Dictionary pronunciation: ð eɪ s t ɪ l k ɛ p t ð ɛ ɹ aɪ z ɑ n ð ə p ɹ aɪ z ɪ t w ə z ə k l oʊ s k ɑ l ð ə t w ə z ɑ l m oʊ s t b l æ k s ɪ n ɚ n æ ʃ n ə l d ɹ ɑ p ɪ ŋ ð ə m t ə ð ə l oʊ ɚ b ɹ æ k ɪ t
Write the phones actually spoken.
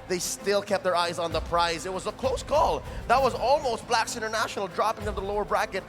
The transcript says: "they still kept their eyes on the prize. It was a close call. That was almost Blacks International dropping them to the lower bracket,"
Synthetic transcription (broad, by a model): ð eɪ s t ɪ l k ɛ p t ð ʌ ɹ aɪ z n ð ə p ɹ aɪ z ɪ t w ə z ə k l oʊ s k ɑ l ð ə t w ə z ɑ l m oʊ s t b l æ k s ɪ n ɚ n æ ʃ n l d ɹ ɑ p ɪ ŋ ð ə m ð ə l oʊ ɚ b ɹ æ k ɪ t